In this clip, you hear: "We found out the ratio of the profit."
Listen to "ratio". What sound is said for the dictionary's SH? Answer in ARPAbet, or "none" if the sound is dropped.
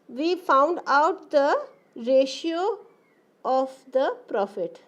SH